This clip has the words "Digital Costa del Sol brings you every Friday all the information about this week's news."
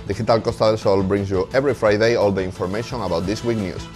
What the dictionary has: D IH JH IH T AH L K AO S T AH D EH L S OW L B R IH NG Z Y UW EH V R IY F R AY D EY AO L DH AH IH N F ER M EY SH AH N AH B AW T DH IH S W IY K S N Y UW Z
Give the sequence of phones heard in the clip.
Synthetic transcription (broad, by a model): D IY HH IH T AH L K AO S T AH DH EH L S OW L B R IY NG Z Y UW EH B R IY F R AY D EY AO L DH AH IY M F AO M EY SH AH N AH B AW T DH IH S W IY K N Y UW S